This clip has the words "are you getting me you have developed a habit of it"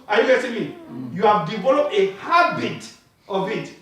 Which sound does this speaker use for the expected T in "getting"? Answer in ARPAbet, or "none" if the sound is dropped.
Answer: S